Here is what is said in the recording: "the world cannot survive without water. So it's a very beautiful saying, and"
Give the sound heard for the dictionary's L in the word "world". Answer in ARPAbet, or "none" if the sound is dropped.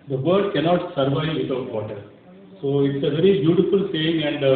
none